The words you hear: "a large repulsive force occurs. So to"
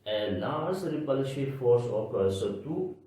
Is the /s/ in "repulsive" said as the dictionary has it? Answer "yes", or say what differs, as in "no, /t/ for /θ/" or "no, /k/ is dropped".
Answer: no, /ʃ/ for /s/